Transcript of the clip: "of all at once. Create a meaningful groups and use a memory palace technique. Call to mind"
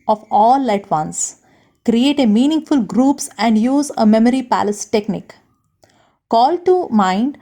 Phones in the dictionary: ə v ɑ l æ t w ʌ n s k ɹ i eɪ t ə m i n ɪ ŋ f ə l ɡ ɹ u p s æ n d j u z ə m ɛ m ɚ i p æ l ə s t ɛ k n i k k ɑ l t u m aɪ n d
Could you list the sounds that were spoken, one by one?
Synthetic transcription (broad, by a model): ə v ɑ l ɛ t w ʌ n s k ɹ i eɪ t ə m i n ɪ ŋ f ə l ɡ ɹ u p s æ n d j u z ə m ɛ m ɚ i p æ l ə s t ɛ k n i k k ɑ l t u m aɪ n d